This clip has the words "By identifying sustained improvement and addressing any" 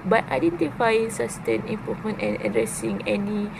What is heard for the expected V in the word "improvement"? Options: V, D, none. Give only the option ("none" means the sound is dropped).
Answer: none